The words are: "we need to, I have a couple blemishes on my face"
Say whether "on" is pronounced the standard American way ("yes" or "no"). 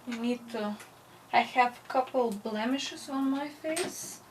yes